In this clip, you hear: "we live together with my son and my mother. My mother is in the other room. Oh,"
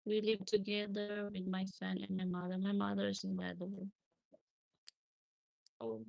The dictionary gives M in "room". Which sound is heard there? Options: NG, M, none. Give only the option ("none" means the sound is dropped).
none